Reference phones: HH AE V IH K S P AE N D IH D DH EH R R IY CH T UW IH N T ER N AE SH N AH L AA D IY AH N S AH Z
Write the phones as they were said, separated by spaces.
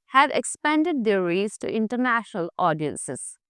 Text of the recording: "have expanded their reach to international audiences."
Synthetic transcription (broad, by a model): HH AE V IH K S P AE N D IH D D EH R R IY S T UW IH N T ER N AE SH N AH L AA D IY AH N S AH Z